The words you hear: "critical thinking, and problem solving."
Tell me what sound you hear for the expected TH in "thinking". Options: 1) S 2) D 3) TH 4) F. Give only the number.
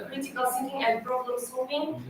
1